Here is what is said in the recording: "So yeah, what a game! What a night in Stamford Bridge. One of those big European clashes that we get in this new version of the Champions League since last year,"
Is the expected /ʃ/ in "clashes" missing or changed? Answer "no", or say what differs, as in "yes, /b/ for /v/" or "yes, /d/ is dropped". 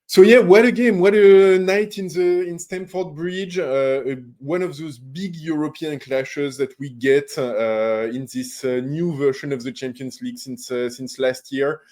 no